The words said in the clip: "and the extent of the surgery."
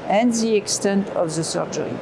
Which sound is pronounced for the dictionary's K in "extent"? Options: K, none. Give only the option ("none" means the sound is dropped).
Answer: K